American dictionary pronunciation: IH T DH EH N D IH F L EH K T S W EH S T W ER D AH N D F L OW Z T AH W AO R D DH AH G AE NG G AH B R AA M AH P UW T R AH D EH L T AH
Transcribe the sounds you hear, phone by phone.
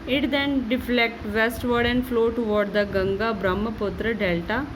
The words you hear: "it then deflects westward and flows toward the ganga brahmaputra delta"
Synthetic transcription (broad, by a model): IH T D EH N D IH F L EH K T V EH S T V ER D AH N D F L OW T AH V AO R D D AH G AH NG G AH B R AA M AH P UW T R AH D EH L T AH